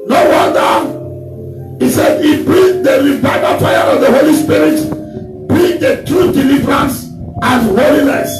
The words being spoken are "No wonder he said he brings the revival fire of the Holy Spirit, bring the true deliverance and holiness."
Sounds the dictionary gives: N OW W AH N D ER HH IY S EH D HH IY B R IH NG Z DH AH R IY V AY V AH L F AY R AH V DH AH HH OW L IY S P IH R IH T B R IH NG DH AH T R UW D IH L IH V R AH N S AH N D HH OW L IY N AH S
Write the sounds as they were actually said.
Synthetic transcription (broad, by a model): N OW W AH N D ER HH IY S EH D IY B R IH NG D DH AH R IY V AY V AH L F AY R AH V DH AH HH OW L IY S P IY R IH T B R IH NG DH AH T R UW D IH L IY V R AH N S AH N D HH OW L IY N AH S